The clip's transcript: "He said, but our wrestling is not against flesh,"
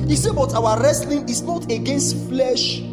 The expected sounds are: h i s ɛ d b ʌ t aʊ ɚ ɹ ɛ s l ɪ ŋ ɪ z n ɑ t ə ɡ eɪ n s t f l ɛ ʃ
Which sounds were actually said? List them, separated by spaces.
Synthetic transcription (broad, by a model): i s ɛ b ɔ t aʊ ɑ ɹ ɛ s l ɪ ŋ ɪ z n ɑ t ə ɡ eɪ n s t f l ɛ ʃ